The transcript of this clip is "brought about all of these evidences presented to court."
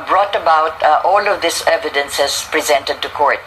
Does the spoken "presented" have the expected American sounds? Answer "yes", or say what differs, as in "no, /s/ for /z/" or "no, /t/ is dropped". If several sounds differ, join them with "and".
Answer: yes